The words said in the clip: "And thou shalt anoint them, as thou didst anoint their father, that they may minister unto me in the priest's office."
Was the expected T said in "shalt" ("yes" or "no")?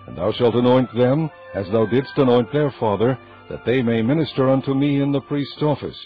yes